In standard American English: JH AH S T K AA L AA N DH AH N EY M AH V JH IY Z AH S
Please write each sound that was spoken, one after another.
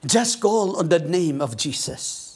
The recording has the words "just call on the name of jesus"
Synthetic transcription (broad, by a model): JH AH S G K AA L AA N DH AH N EY M AH V JH IY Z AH S